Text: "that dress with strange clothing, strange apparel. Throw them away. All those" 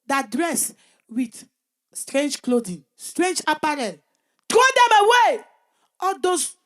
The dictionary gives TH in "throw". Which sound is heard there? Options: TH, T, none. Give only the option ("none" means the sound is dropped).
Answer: T